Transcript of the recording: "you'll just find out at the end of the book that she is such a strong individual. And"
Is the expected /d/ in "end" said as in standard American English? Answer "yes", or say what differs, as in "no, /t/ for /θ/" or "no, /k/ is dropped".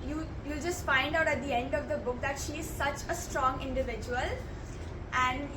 yes